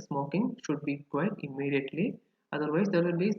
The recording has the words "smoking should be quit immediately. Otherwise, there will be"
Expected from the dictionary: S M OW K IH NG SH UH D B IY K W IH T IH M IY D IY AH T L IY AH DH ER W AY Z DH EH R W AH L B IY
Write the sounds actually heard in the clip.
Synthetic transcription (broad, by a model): S M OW K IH NG SH UH D B IY K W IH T IH M IY D IY AH T L IY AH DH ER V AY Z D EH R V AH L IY